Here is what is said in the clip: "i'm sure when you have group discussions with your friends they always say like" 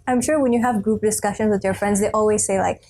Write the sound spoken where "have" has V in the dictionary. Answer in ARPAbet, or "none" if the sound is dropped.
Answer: V